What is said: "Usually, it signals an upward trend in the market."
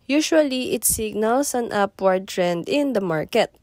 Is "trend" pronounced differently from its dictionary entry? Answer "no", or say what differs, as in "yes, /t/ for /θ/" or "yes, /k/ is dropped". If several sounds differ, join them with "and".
no